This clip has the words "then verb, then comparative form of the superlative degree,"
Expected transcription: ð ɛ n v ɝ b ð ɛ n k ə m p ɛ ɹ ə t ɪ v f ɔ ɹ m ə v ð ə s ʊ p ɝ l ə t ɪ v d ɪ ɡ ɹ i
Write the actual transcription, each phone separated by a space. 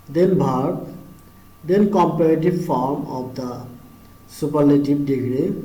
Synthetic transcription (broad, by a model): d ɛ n b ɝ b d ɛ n k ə m p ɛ ɹ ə t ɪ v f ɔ ɹ m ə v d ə s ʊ p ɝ l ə t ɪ b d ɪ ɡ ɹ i